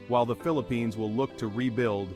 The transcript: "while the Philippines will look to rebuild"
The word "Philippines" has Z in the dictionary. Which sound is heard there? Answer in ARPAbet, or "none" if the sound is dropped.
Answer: Z